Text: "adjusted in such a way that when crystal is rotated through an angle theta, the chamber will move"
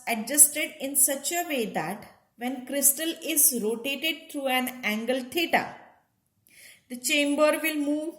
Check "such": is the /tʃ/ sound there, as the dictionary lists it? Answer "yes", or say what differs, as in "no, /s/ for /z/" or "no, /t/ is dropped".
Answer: yes